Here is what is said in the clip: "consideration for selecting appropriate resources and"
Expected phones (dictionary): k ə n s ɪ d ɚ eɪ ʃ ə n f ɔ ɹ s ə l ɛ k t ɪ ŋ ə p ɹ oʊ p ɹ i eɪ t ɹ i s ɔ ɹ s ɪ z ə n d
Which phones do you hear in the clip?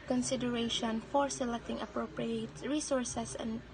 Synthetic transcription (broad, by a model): k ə n s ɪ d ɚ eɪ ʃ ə n f ɔ ɹ s ə l ɛ k t ɪ ŋ ə p ɹ oʊ p ɹ i eɪ t ɹ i s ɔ ɹ s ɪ s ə n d